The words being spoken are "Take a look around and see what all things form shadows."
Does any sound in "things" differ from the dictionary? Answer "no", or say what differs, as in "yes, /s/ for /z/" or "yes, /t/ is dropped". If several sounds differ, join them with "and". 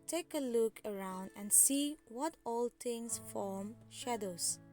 yes, /t/ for /θ/ and /s/ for /z/